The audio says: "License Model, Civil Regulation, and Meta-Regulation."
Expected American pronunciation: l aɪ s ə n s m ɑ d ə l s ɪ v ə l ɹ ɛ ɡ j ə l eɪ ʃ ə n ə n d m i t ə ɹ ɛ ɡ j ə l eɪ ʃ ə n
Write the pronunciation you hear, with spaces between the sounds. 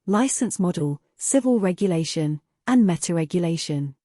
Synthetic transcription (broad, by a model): l aɪ s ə n s m ɑ d ə l s ɪ v ə l ɹ ɛ ɡ j ə l eɪ ʃ ə n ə n m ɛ t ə ɹ ɛ ɡ j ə l eɪ ʃ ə n